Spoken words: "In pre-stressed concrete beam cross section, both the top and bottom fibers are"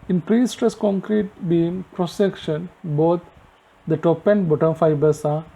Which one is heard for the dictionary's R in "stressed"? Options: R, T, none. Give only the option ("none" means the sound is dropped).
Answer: none